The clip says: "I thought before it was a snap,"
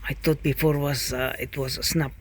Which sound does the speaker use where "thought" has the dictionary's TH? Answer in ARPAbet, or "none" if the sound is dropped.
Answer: T